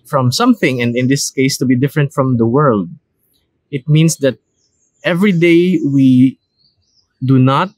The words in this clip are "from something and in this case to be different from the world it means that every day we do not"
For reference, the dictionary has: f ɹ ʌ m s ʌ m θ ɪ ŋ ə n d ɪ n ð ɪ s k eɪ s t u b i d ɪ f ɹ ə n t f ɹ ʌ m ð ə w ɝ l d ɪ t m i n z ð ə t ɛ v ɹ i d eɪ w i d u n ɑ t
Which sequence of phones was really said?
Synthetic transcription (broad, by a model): f ɹ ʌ m s ʌ m θ ɪ ŋ ə n d ɪ n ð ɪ s k eɪ s t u b i d ɪ f ɹ ə n t f ɹ ʌ m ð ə w ɝ l d ɪ t m i n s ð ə t ɛ v ɹ i d eɪ w i d u n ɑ t